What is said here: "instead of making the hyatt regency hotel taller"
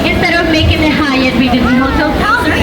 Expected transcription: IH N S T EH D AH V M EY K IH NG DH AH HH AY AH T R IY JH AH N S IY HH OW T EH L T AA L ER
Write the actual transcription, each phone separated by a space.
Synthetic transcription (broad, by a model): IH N S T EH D AH V M EY K IH NG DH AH HH AY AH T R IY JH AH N IY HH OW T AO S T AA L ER